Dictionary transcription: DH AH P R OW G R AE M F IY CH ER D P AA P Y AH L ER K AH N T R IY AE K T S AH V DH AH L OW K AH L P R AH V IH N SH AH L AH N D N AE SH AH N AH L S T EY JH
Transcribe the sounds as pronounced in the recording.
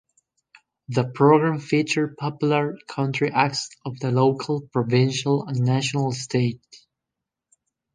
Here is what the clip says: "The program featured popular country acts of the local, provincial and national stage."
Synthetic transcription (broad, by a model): DH AH P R OW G R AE M F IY CH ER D P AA P Y L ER K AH N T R IY AE K T S AH V DH AH L OW K AH L P R AH V IH N SH AH L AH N N AE SH AH N AH L S T EY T